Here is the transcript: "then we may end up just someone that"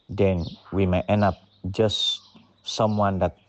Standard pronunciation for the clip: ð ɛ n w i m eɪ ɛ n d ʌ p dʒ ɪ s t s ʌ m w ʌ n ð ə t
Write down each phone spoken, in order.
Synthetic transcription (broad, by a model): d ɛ n w i m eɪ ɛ n ɑ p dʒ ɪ s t s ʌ m w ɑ n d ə t